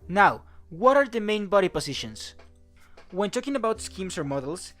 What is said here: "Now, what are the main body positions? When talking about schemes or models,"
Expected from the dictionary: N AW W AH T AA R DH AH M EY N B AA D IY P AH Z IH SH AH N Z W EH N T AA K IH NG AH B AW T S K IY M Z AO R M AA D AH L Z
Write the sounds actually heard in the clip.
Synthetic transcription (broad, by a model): N AW W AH T AA R DH AH M EY N B AA D IY P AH S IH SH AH N S W EH N T AA K IH NG AH B AW T S K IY M S AO R M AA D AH L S